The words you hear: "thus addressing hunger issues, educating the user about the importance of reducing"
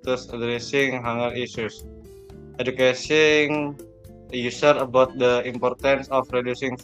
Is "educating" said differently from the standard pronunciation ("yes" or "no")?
yes